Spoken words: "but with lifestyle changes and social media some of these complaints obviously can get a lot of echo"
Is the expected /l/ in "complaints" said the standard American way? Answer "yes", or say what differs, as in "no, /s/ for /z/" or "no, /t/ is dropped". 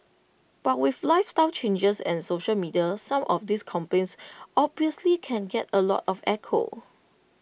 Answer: no, /l/ is dropped